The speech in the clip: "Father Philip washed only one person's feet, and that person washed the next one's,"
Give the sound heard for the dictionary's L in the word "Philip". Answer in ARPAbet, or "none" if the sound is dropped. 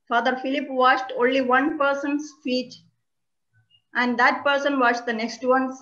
L